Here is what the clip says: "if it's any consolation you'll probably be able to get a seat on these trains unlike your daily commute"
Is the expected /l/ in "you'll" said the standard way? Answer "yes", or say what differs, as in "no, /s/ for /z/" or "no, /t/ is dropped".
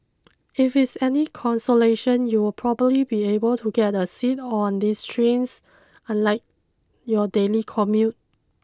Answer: no, /w/ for /l/